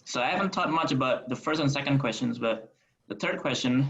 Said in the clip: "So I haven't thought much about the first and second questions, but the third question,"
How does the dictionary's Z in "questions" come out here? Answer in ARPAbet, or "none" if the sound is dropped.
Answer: Z